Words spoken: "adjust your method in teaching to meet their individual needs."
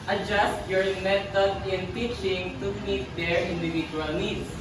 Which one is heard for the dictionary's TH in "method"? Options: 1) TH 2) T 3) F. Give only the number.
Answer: 2